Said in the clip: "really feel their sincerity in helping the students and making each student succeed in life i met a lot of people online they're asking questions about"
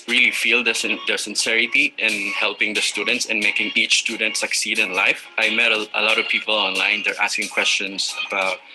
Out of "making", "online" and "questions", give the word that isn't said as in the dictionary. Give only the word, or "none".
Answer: questions